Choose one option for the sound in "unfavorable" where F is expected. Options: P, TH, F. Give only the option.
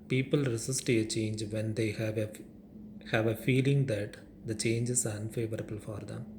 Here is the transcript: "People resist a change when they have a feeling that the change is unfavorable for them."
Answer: F